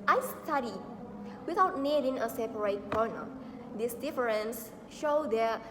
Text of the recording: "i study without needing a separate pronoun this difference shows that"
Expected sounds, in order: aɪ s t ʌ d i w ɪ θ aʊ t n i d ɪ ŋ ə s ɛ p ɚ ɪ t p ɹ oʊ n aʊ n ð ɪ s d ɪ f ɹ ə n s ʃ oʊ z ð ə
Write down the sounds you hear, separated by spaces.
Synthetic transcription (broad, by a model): aɪ s t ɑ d i w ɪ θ aʊ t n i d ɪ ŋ ə s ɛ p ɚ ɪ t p oʊ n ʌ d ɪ s d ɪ f ɹ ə n s ʃ oʊ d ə